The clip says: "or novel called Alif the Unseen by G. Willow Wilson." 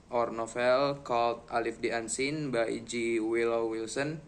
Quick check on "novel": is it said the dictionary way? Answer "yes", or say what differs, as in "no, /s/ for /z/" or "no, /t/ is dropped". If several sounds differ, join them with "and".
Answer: no, /f/ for /v/